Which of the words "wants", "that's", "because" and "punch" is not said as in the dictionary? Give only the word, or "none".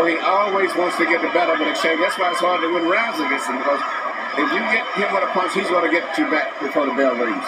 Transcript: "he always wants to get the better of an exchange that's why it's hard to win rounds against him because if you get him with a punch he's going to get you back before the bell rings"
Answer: punch